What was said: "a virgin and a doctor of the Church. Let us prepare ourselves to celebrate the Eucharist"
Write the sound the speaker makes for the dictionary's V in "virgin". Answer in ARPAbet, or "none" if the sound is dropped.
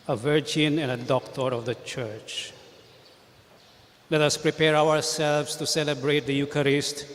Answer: V